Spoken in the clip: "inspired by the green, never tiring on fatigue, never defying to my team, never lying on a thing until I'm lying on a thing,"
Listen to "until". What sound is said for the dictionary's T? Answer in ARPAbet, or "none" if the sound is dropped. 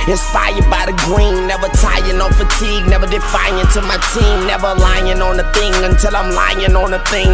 T